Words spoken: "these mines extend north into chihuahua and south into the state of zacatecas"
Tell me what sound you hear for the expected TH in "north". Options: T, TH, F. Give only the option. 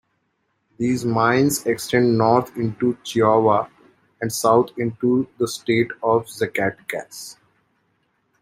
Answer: T